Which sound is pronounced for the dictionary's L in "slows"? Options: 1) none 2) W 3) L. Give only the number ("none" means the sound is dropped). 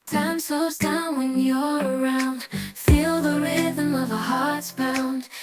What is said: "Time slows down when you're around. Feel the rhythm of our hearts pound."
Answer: 1